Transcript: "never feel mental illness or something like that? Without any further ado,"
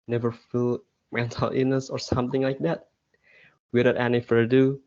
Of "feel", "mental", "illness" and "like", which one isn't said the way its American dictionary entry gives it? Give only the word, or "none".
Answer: illness